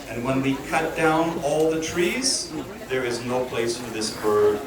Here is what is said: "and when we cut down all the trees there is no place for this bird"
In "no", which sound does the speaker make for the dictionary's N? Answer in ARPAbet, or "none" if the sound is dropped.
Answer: N